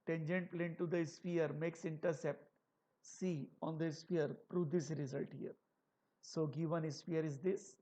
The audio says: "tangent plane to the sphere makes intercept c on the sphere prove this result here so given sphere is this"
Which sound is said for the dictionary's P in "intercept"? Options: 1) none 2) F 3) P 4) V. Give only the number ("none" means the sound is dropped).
3